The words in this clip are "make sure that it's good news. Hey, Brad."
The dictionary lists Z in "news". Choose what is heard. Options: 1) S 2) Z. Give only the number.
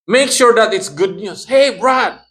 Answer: 1